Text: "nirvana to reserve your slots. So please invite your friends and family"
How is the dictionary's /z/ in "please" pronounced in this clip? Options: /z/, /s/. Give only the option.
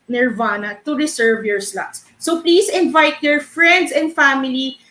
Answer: /s/